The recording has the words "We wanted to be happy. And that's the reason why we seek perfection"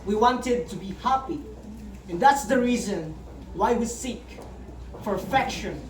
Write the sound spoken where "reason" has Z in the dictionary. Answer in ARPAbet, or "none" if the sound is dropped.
Z